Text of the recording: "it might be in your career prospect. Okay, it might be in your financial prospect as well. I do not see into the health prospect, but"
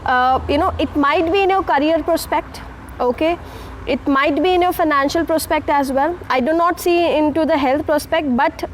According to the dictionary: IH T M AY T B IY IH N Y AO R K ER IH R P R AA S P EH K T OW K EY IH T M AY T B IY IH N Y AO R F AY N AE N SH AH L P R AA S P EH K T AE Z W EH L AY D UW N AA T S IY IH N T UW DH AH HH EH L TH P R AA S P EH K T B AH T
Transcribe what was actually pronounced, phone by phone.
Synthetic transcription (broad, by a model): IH T M AY T B IY IH N Y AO K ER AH R P R AA S P EH K T OW K EY IH T M AY T B IY IH N Y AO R F AY N AE N SH AH L P R AA S P EH K T AE Z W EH L AY D UW N AA T S IY IH N T UW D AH HH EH L T P R AA S P EH K T B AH T